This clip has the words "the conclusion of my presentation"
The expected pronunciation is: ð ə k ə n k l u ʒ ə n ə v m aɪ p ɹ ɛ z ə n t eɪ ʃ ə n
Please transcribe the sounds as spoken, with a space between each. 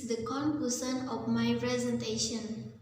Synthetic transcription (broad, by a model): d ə k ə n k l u s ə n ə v m aɪ p ɹ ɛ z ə n t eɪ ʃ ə n